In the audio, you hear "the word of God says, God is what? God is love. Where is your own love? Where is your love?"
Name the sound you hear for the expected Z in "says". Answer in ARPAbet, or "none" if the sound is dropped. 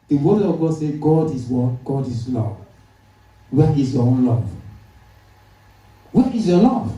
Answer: none